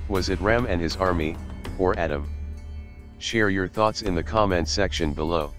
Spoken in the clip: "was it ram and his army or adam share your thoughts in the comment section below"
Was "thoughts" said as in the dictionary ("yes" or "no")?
yes